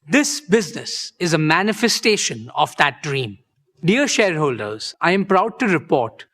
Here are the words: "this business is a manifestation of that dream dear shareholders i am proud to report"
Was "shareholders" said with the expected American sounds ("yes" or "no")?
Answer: yes